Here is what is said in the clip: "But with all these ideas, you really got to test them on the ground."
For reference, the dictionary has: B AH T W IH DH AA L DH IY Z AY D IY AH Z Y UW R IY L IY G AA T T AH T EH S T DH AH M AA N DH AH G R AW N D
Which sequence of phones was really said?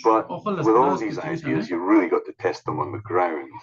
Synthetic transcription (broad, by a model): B AH T W IH DH AA L DH IY Z AY D IY AH Z Y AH R IY L IY G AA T T AH T EH S T DH AH M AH N DH AH G R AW N